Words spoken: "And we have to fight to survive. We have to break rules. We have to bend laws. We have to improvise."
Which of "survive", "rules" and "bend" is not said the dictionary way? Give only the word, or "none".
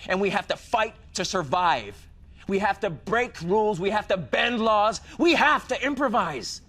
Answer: none